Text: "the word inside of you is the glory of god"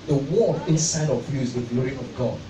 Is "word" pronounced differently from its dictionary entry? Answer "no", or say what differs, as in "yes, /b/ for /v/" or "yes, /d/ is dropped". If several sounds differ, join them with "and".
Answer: yes, /d/ is dropped